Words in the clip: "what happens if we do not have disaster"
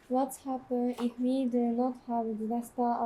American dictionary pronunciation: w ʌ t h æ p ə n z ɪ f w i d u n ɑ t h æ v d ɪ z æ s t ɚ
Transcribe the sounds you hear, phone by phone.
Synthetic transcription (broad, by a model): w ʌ t h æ p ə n ɪ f w i d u n ɑ t h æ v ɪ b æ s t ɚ